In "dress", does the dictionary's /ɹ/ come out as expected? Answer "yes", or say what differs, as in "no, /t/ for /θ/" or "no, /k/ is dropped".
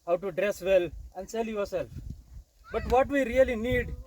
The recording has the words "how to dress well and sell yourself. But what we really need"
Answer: yes